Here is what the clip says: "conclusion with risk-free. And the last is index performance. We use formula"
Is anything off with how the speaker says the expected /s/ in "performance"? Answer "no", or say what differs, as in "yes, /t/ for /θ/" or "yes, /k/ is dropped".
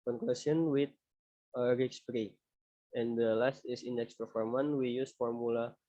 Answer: yes, /s/ is dropped